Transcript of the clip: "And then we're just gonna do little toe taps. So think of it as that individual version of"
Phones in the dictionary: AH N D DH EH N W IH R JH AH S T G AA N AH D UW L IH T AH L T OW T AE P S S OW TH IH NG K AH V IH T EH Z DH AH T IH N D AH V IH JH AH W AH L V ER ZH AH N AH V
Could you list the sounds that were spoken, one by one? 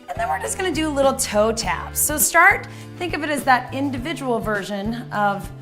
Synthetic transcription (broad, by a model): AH N DH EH N W IH R JH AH S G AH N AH D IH L IH T L T OW T AE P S S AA TH IH NG K AH V IH T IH Z DH AH T IH N D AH V IH JH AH W L V ER ZH AH N AH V